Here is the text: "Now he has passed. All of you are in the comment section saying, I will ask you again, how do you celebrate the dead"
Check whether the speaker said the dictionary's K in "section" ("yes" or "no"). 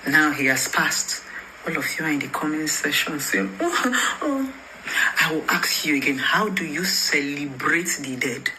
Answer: no